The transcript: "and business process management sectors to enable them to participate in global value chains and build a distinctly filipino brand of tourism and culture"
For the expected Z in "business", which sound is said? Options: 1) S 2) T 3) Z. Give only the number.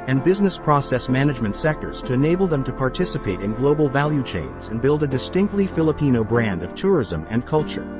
3